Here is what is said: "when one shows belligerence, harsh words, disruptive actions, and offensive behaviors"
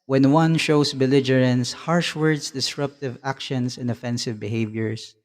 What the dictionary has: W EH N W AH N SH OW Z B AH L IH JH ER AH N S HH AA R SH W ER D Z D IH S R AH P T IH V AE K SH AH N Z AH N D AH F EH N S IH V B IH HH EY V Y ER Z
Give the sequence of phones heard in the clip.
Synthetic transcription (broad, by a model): W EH N W AH N SH OW S B AH L IH JH ER AH N S HH AA R SH W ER D S D IH S R AH P T IH V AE K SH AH N S AH N D AH F EH N S IH V B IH HH EY V Y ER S